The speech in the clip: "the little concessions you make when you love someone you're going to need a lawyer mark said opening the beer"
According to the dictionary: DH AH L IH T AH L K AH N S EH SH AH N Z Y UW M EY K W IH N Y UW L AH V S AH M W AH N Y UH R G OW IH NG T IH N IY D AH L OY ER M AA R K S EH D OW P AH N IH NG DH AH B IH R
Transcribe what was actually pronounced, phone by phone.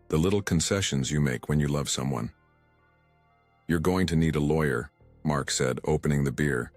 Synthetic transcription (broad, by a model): DH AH L IH T L K AH N S EH SH AH N Z Y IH M EY K W IH N Y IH L AH V S AH M W AH N Y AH R G OW IH NG T IH N IY D AH L OY ER M AA R K S EH D OW P AH N IH NG DH AH B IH R